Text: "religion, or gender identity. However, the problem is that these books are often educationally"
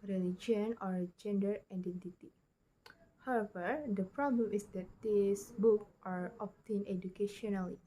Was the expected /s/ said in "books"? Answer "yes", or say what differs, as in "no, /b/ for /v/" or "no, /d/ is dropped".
no, /s/ is dropped